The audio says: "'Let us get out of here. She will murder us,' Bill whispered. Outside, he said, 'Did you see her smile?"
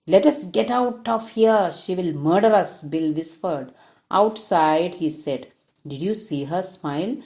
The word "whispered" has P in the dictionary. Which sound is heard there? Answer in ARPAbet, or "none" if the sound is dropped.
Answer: F